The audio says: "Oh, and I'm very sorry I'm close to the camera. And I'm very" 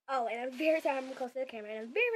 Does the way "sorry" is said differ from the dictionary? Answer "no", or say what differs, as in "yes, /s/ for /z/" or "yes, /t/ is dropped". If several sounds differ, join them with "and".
yes, /ɹ/ is dropped